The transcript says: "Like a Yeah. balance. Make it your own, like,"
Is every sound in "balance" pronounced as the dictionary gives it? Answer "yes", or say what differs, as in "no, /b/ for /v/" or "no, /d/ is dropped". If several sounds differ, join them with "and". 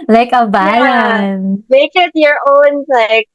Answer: no, /s/ is dropped